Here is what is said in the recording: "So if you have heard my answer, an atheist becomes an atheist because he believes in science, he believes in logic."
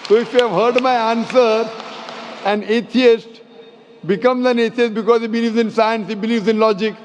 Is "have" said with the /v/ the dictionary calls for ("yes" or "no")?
yes